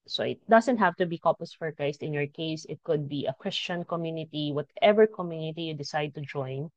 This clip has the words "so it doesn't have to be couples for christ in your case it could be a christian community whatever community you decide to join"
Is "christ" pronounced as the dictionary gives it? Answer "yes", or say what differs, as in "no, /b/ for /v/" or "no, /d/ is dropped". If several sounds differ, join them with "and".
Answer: no, /ɹ/ is dropped